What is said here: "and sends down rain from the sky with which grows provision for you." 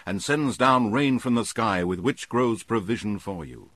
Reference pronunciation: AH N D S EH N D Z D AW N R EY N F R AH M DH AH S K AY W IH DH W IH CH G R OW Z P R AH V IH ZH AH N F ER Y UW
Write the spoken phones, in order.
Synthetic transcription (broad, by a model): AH N S EH N Z D AW N R EY N F R AH M DH AH S K AY W IH DH W IH CH G R OW Z P R AH V IH ZH AH N F ER Y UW